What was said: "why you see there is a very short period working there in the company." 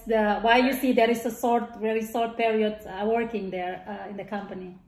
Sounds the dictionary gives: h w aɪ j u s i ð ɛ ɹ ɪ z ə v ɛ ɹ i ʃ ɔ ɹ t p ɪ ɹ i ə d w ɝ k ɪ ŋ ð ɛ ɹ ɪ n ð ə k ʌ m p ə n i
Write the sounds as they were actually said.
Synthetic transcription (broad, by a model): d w aɪ j u s i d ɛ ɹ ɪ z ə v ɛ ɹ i s ɔ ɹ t p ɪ ɹ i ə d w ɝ k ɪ ŋ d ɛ ɹ ɪ n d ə k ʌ m p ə n i